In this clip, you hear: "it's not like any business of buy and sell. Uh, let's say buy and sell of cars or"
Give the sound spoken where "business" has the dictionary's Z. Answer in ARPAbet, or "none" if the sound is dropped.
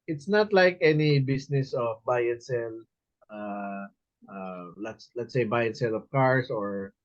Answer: S